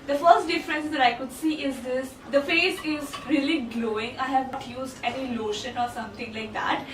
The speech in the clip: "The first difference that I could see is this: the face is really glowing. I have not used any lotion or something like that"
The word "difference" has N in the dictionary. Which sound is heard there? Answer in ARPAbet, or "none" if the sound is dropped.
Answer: N